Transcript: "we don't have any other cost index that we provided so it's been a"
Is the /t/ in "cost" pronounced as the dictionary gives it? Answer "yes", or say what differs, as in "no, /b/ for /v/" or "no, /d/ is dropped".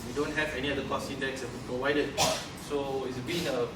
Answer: no, /t/ is dropped